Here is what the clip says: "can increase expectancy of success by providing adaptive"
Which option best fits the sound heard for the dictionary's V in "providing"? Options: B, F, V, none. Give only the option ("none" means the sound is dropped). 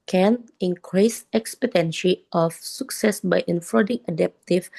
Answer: F